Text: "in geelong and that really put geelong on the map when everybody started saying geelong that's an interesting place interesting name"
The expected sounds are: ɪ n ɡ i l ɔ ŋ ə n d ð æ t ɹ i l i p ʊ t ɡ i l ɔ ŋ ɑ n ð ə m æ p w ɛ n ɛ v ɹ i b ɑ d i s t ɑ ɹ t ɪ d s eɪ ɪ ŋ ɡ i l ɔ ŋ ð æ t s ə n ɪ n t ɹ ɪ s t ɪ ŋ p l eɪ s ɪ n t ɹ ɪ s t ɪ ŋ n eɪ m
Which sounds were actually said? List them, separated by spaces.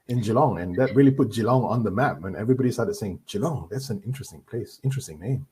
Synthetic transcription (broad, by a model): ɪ n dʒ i l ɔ ŋ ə n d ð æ t ɹ i l i p ʊ t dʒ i l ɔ ŋ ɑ n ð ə m æ p w ɛ n ɛ v ɹ i b ɑ d i s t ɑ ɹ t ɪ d s eɪ ɪ ŋ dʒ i l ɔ ŋ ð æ t s ə n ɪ n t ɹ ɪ s t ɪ ŋ p l eɪ s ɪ n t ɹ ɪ s t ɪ ŋ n eɪ m